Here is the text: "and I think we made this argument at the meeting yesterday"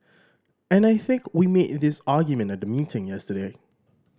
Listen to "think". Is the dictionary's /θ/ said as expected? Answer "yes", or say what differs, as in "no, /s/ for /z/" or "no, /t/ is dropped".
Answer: yes